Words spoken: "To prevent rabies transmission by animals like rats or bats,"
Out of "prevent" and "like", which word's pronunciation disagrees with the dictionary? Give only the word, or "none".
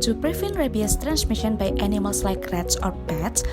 prevent